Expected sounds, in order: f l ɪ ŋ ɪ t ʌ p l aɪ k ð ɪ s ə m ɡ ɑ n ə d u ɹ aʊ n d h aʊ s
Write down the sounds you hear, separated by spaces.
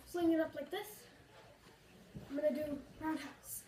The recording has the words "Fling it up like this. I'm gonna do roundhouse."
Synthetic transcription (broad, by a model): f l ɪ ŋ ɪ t ʌ p l aɪ k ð ɪ s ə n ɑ ə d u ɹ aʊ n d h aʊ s